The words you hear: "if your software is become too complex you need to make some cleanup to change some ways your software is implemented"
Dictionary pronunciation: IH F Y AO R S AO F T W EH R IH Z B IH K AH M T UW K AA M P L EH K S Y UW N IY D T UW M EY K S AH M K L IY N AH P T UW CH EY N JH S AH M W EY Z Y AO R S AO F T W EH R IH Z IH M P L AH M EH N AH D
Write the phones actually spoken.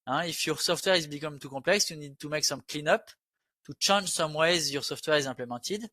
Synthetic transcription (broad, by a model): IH F Y AO R S AO F T W EH R IH Z B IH K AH M T UW K AA P L EH K S Y UW N IY D T UW M EY K S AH M K L IY N AH P T UW CH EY N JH S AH M W EY Z Y AO R S AO F T W EH R IH Z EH P L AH M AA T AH D